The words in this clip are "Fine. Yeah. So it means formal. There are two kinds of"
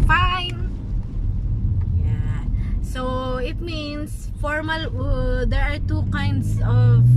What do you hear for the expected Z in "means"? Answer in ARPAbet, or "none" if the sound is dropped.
S